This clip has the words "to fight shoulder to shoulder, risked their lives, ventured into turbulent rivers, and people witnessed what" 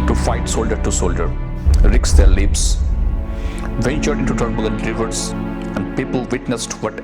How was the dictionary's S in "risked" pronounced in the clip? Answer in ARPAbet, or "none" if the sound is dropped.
none